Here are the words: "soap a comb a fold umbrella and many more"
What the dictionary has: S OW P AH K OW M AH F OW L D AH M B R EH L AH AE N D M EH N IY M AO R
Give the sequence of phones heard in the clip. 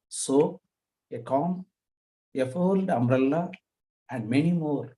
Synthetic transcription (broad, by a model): S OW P AH K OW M AH F OW L D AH M R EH L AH AE N D M EH N IY M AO R